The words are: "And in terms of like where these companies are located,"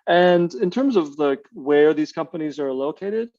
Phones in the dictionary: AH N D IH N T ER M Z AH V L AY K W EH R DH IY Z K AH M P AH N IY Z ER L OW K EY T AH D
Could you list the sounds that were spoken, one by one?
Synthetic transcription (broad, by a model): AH N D IH N T ER M Z AH V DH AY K W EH R DH IY Z K AH M P AH N IY Z ER L OW K EY T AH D